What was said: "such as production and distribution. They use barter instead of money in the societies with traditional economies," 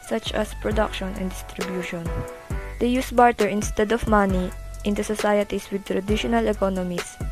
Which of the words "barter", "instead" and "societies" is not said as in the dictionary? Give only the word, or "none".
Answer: societies